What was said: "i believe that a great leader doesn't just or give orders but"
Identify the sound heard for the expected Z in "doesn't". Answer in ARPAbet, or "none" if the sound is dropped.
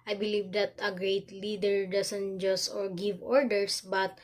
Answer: S